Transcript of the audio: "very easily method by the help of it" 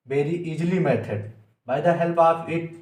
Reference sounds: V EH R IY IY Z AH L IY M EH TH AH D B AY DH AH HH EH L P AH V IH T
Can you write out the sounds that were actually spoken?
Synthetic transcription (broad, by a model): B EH R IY IY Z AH L IY M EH T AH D B AY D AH HH EH L P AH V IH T